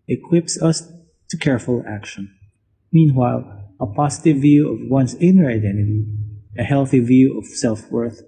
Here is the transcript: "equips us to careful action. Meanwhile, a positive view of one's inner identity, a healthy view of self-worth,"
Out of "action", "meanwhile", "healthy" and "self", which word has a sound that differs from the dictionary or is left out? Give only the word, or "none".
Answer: none